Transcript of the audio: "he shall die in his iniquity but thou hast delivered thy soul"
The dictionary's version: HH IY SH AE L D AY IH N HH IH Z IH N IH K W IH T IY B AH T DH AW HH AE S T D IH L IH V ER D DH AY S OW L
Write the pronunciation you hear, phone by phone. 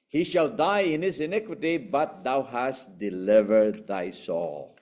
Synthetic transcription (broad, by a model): HH IY SH AE L D AY IH N HH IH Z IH N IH K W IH T IY B AH T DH AW HH AE S T D IH L IH V ER D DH AY S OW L